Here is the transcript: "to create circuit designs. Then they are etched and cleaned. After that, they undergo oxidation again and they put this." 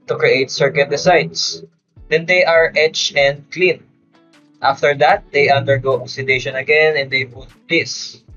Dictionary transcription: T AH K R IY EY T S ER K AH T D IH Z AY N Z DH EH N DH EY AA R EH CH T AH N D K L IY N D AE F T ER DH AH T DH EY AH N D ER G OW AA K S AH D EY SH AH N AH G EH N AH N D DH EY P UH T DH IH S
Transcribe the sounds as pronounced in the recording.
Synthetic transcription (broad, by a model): T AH K R IY EY T S ER K AH T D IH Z AY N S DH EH N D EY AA R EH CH AH N D K L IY N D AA F T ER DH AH T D EY AH N D ER G OW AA S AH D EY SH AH N AH G EH N AH N D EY B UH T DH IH S